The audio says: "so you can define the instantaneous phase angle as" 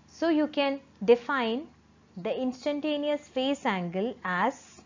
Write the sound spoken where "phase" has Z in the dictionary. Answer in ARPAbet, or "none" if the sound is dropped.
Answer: S